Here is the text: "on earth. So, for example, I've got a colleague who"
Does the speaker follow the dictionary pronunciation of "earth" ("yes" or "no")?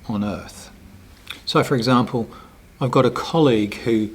yes